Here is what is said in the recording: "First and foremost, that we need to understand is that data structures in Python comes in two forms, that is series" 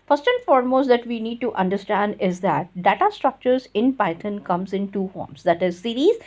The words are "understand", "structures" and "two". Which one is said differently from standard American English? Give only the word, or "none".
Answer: none